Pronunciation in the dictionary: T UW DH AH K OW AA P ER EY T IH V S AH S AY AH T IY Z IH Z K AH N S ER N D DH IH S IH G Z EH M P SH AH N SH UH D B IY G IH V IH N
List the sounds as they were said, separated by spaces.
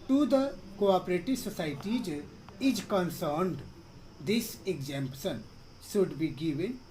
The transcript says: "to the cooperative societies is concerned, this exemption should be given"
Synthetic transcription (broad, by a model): T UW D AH K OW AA P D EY T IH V S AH S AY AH T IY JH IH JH K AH N S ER N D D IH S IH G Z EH M P S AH N S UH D B IY G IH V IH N